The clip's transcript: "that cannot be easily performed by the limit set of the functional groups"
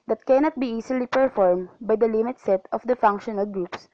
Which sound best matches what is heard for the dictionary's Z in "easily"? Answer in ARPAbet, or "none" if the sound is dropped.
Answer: S